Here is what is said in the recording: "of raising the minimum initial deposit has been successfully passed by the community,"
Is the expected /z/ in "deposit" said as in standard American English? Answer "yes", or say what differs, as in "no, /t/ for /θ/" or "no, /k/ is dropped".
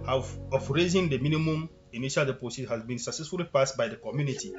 no, /s/ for /z/